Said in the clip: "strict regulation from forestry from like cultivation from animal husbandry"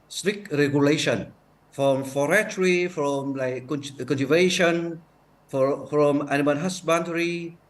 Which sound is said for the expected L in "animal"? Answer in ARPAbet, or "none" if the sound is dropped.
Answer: N